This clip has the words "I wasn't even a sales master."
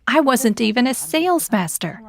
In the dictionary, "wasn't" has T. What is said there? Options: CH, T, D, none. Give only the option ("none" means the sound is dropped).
T